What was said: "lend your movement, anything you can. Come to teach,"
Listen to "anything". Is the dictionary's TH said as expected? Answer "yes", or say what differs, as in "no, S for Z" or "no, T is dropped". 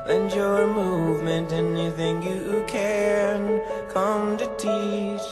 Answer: yes